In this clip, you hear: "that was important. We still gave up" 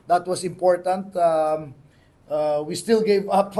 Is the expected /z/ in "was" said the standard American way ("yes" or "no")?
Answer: no